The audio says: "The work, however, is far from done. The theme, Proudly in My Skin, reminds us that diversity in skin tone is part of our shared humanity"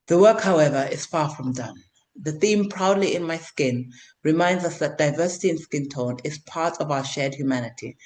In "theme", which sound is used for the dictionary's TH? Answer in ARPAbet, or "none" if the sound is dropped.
TH